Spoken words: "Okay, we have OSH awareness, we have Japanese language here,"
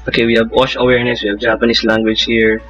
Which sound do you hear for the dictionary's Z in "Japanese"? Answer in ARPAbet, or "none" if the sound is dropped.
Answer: S